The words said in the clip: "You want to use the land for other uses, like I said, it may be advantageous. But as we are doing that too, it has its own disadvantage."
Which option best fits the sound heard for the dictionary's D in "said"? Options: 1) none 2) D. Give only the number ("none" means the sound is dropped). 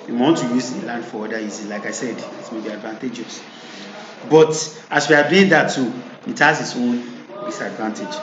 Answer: 2